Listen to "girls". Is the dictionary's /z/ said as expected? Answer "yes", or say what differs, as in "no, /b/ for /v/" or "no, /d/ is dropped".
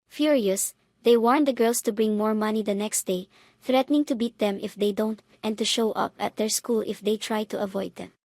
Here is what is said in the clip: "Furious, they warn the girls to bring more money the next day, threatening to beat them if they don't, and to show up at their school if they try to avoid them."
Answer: no, /s/ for /z/